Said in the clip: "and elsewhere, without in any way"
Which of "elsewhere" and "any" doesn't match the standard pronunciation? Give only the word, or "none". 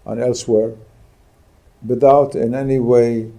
none